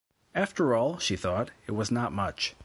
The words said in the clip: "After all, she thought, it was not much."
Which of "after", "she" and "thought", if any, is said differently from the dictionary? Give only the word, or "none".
none